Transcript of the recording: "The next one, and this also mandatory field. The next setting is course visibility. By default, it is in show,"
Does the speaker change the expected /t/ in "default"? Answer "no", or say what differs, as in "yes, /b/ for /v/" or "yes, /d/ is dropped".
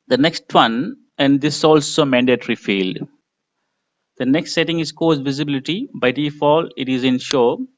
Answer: yes, /t/ is dropped